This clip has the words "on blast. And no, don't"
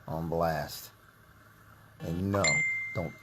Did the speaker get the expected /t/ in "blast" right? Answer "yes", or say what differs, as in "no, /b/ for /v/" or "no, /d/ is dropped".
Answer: yes